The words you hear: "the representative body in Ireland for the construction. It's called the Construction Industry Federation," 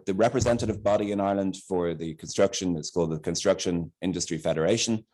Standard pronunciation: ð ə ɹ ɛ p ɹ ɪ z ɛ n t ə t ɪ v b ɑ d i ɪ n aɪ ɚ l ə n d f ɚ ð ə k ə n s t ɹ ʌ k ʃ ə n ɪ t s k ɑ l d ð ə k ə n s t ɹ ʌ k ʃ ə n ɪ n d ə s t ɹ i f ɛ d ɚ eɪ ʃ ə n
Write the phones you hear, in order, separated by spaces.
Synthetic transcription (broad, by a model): ð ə ɹ ɛ p ɹ ɪ z ɛ n t ə t ɪ v b ɑ d i ɪ n aɪ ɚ l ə n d f ɚ ð ə k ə n s t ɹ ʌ k ʃ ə n ɪ t s k ɑ l d ð ə k ə n s t ɹ ʌ k ʃ ə n ɪ n d ə s t ɹ i f ɛ d ɚ eɪ ʃ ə n